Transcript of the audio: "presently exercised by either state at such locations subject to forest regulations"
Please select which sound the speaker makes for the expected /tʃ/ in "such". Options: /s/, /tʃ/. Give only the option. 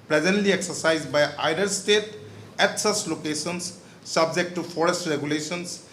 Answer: /s/